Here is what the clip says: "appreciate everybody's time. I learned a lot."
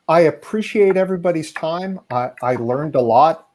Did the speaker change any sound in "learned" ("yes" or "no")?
no